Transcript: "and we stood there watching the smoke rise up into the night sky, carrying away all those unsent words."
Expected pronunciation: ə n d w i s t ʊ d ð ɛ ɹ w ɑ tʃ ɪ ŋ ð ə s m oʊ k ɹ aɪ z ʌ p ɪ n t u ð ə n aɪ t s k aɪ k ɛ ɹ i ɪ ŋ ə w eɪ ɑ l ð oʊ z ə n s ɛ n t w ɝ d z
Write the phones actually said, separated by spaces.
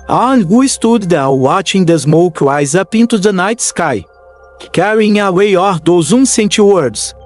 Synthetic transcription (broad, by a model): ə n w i s t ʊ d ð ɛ l w ɑ tʃ ɪ ŋ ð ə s m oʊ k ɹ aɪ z ʌ p ɪ n t u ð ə n aɪ t s k aɪ k ɛ ɹ i ɪ ŋ ə w eɪ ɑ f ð oʊ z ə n s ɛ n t w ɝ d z